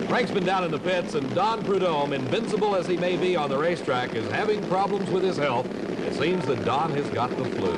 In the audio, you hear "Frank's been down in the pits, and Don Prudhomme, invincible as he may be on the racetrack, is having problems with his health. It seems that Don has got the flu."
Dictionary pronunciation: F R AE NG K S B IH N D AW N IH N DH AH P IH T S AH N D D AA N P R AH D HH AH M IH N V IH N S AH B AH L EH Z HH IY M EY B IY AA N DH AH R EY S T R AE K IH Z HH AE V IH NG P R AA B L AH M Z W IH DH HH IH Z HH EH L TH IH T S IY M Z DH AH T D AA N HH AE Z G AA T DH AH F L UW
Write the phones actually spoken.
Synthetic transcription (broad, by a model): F R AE NG K S B IH N D AW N IH N DH AH P IH T S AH N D D AA N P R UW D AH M IH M V IH N S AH B L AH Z IY M EY B IY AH N DH AH R EY S T R AE K IH Z HH AE V IH NG P R AA B L AH M Z W IH DH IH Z HH EH L TH IH T S IY M Z DH AH T D AA N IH Z G AA T DH AH F L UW